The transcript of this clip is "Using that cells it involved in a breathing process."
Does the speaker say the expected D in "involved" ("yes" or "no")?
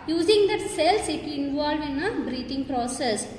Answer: no